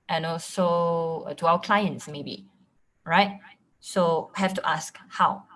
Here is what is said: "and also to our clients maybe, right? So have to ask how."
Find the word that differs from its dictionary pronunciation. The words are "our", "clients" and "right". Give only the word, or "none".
our